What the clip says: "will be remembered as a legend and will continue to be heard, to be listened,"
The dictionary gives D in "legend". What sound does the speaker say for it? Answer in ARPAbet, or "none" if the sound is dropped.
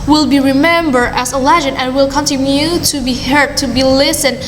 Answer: none